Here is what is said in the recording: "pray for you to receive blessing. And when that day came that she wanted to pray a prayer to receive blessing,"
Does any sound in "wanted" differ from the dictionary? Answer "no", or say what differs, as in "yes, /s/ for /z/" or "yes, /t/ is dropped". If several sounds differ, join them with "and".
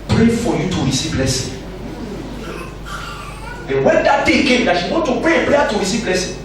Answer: yes, /n/ is dropped